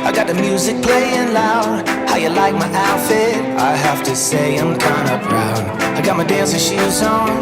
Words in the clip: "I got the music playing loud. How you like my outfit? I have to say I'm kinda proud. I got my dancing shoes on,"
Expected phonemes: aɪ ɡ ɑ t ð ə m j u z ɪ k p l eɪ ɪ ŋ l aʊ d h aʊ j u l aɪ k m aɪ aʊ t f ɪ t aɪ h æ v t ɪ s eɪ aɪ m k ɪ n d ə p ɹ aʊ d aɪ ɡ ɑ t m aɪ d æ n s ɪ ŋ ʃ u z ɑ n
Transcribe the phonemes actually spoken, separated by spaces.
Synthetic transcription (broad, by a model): aɪ ɡ ɑ t ð ə m j u z ɪ k p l eɪ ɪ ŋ l aʊ d h aʊ j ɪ l aɪ k m aɪ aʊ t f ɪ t aɪ h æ f t ɪ s eɪ aɪ m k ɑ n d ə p ɹ aʊ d aɪ ɡ ɑ t m aɪ d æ n s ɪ ʃ u z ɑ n